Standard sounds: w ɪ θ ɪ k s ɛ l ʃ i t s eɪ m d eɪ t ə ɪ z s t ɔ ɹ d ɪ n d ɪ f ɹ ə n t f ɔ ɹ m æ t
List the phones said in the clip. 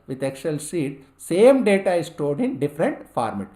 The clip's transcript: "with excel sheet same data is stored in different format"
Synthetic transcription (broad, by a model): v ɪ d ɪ k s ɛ l s i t s eɪ m d eɪ t ə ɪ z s t ɔ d ɪ n d ɪ f ɹ ə n t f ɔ ɹ m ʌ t